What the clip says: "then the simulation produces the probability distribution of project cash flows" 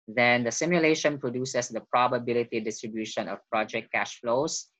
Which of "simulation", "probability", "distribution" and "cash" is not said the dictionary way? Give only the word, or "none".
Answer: none